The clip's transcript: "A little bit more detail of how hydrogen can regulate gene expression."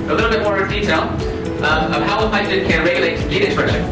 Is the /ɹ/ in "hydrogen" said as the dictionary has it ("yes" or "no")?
no